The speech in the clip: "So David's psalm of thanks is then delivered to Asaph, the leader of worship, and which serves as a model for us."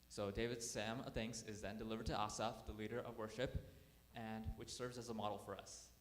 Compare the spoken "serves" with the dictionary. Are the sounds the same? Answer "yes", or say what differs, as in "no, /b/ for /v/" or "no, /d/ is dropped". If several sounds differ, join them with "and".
yes